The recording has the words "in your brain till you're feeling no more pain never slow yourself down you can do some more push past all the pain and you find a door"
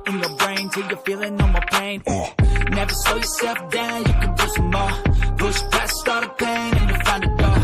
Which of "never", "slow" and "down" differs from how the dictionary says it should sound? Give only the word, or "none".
slow